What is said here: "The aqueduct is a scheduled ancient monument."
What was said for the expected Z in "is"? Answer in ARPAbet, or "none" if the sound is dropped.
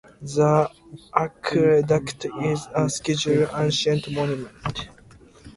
Z